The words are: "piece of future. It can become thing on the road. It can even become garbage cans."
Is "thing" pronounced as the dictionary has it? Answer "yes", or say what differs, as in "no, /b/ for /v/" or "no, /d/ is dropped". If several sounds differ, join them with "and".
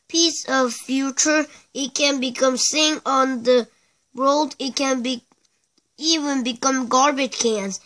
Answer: no, /s/ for /θ/